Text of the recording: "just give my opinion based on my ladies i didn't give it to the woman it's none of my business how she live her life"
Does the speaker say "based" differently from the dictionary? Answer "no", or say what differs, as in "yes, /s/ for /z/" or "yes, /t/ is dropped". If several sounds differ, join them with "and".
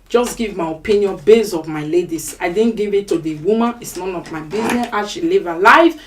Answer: yes, /t/ is dropped